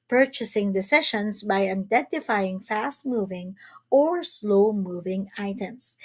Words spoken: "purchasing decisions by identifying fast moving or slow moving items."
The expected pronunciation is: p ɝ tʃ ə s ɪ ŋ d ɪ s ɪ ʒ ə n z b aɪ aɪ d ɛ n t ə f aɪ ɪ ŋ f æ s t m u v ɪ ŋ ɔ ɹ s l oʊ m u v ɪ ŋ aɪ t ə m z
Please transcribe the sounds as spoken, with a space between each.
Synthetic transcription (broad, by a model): p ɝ tʃ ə s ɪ ŋ d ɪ s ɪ ʃ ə n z b aɪ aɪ d ɛ n t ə f aɪ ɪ ŋ f æ s t m u v ɪ ŋ ɔ ɹ s l oʊ m u v ɪ ŋ aɪ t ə m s